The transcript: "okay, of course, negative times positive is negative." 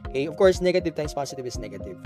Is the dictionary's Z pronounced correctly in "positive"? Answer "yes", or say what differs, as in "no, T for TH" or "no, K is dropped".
no, S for Z